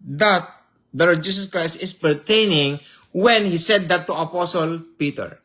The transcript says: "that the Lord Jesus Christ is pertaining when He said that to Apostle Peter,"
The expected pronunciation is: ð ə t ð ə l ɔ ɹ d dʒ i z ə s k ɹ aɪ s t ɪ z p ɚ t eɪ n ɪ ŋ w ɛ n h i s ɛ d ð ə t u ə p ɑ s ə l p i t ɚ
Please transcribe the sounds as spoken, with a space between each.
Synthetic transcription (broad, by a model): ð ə t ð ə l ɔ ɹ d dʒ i s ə s k ɹ aɪ s t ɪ s p ɚ t eɪ n ɪ ŋ w ɛ n h i s ɛ d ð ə t u ə p ɑ s ə l p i t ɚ